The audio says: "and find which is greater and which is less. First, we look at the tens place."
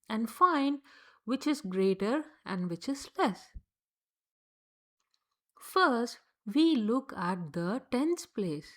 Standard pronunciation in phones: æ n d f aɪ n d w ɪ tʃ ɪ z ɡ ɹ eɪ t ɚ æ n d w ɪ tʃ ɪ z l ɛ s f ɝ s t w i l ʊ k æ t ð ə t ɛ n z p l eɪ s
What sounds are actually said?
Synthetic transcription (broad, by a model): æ n d f aɪ n d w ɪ tʃ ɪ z ɡ ɹ eɪ t ɚ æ n d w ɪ tʃ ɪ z l ɛ s f ɝ s t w i l ʊ k æ t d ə t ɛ n s p l eɪ s